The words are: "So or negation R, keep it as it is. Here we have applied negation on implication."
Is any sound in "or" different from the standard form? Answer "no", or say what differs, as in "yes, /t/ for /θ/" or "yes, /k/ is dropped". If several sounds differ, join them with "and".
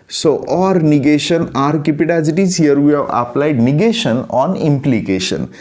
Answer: no